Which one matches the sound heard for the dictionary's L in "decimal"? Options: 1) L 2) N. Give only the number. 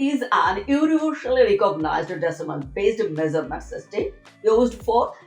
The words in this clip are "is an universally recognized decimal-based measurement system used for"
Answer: 2